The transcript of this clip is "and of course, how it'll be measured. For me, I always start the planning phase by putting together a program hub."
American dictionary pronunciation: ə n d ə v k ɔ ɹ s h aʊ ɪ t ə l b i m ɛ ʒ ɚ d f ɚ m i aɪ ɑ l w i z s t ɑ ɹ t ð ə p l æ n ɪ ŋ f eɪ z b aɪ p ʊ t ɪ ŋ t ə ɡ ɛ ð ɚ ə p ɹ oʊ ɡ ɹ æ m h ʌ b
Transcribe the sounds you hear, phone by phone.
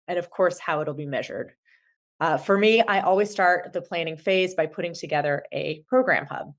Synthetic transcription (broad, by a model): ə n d ə v k ɔ ɹ s h aʊ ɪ t l b i m ɛ ʒ ɚ d f ɚ m i aɪ ɑ l w i z s t ɑ ɹ t ð ə p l æ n ɪ ŋ f eɪ z b aɪ p ʊ t ɪ ŋ t ə ɡ ɛ ð ɚ ə p ɹ oʊ ɡ ɹ æ m h ʌ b